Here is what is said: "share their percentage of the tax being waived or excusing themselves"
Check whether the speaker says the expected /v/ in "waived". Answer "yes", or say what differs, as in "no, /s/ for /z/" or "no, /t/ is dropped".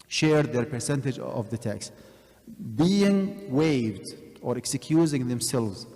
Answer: yes